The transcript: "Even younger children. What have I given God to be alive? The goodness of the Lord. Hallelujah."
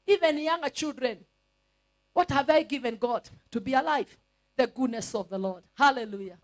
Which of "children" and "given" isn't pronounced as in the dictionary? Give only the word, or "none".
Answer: none